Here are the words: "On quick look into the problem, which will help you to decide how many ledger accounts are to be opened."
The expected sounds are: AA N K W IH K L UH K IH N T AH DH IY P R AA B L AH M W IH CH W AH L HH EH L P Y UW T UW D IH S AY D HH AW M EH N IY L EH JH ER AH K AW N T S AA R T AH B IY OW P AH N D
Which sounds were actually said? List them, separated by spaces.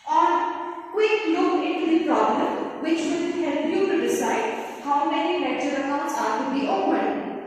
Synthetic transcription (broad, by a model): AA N K W IH K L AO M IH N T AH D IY P R AA B L AH M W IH CH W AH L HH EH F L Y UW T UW D IH S AY D HH AW M EH N IY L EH CH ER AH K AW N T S AA R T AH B IY OW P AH N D